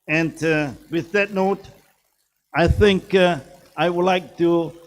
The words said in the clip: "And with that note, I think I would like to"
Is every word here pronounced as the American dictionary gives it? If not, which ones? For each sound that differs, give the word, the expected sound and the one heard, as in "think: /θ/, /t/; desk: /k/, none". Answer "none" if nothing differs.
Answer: none